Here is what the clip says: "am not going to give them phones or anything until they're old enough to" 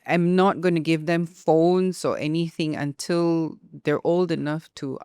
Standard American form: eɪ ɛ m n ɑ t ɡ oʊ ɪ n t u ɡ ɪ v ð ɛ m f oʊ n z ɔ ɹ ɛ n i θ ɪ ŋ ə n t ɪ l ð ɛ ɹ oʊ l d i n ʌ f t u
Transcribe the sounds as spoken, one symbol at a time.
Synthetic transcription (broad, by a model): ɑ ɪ m n ɑ t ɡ oʊ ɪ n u ɡ ɪ v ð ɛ m f oʊ n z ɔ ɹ ɛ n i θ ɪ ŋ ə n t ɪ l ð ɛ ɹ oʊ l d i n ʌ f t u